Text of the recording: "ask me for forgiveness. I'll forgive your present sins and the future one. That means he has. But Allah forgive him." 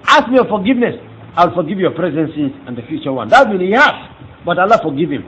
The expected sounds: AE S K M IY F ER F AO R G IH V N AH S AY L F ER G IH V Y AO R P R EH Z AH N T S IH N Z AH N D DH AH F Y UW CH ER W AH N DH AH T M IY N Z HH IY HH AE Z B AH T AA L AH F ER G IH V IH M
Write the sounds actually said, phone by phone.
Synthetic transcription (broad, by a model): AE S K M IY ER F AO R G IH V N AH S AY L F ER G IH V Y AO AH P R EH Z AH N S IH Z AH N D DH AH F Y UW CH ER W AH N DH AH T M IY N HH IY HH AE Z B AH T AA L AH F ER G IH V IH M